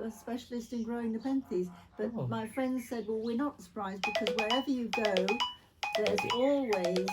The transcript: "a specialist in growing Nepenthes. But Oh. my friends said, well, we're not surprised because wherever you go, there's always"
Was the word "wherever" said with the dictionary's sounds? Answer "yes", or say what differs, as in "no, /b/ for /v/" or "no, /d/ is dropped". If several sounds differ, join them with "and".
yes